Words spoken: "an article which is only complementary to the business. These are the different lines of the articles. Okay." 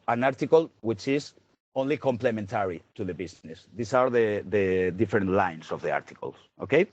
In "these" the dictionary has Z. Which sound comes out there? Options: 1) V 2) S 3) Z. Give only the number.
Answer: 2